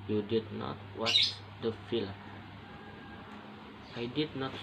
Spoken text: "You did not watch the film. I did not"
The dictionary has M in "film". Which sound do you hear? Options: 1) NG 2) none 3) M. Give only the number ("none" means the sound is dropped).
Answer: 2